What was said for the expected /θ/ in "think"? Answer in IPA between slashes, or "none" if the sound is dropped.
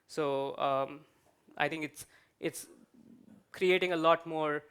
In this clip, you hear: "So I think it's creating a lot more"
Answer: /t/